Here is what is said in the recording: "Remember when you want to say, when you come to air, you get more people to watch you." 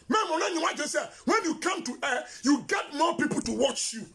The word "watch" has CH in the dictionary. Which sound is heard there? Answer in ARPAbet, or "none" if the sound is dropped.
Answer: CH